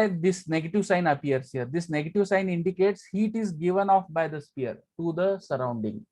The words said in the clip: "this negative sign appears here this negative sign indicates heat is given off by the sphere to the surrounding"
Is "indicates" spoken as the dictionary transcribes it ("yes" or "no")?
yes